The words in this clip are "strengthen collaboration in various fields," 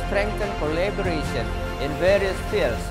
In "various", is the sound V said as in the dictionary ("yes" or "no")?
yes